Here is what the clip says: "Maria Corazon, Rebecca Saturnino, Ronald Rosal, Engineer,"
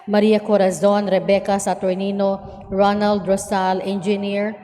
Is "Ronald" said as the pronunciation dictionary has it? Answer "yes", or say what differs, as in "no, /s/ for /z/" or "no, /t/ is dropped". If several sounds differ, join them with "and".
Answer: yes